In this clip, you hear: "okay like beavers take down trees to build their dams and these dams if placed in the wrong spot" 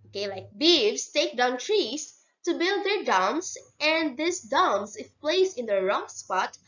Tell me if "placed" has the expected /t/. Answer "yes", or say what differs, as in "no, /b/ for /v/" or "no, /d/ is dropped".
no, /t/ is dropped